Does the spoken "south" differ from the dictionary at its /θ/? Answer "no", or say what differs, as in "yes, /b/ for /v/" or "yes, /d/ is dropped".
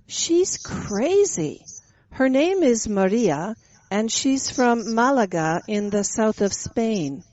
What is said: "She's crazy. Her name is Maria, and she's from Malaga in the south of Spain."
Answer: no